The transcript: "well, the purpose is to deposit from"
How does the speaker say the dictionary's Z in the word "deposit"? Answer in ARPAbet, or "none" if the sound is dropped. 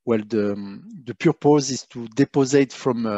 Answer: Z